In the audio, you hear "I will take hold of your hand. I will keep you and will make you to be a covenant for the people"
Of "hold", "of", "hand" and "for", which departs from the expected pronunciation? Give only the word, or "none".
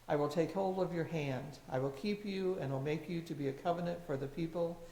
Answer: none